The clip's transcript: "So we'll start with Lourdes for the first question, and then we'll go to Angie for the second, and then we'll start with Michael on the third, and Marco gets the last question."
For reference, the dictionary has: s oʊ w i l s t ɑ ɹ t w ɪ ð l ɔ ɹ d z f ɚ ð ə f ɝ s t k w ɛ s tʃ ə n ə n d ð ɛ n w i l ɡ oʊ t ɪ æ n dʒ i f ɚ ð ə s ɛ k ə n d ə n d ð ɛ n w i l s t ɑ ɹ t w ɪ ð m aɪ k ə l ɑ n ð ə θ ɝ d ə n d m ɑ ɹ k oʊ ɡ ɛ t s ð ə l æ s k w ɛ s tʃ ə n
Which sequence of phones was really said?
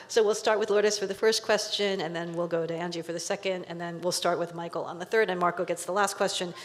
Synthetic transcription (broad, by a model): s oʊ w i l s t ɑ ɹ t w ɪ ð l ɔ ɹ d s f ɚ ð ə f ɝ s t k w ɛ s tʃ ə n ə n ð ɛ n w i l ɡ oʊ t ɪ æ n dʒ i f ɚ ð ə s ɛ k ə n d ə n ð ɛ n w i l s t ɑ ɹ t w ɪ ð m aɪ k l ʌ n ð ə θ ɝ d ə n m ɑ ɹ k oʊ ɡ ɛ t s ð ə l æ s k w ɛ s tʃ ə n